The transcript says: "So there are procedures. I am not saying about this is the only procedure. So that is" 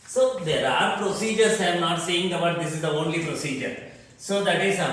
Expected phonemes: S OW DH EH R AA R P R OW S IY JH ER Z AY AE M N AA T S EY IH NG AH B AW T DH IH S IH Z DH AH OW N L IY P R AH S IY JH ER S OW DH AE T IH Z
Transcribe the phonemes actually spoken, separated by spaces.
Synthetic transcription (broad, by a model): S OW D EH R AA R P R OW S IY JH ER S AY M N AA T S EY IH NG AH B AW T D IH S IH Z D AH OW N L IY P R AH S IY JH ER S OW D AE T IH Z